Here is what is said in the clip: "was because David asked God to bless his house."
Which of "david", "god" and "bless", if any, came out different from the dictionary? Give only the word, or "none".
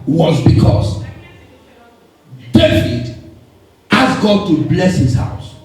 david